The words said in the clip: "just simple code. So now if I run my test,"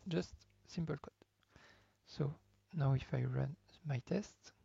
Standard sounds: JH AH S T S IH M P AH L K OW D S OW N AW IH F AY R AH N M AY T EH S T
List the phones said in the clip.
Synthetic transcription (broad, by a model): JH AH S T S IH M P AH L K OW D S OW N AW IH F AY R AH N M AY T EH S T